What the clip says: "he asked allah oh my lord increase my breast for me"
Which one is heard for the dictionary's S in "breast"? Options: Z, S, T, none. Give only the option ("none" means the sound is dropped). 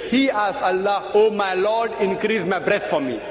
none